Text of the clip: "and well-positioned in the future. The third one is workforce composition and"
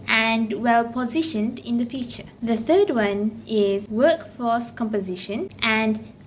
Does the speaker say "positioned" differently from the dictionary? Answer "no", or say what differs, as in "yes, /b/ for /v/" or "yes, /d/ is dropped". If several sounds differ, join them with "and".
no